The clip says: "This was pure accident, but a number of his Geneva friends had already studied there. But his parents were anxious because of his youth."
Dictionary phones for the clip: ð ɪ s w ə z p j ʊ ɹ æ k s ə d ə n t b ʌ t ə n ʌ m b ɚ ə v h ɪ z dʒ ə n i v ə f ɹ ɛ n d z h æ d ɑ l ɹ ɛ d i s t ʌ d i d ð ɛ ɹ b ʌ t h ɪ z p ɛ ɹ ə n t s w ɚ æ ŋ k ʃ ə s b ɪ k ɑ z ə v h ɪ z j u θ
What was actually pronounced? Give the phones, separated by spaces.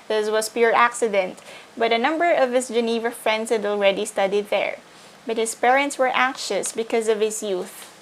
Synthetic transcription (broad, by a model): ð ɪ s w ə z p j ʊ ɹ æ k s ə d ə n t b ʌ t ə n ʌ m b ɚ ə v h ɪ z dʒ ə n i v ə f ɹ ɛ n d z h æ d ɑ l ɹ ɛ d i s t ʌ d i d ð ɛ ɹ b ʌ t h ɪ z p ɛ ɹ ə n t s w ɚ æ ŋ k ʃ ə s b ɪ k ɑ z ə v h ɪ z j u θ